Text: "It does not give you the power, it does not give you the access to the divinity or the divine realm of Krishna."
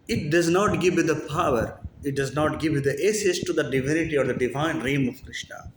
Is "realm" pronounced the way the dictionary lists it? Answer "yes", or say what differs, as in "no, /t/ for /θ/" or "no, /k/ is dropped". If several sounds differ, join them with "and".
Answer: no, /l/ is dropped